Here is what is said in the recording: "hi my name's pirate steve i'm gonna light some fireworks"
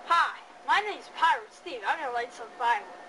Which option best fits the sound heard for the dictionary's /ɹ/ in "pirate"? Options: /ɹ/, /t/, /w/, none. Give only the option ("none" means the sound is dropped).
/ɹ/